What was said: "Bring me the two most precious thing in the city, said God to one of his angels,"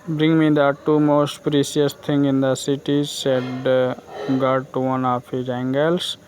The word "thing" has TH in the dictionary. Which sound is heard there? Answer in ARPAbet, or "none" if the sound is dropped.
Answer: T